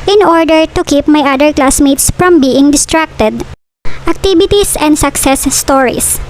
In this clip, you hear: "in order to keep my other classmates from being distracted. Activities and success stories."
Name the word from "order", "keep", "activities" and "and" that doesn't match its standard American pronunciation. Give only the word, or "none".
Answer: activities